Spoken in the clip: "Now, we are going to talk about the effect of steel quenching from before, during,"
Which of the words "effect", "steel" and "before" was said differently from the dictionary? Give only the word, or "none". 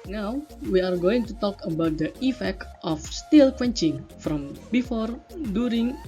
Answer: none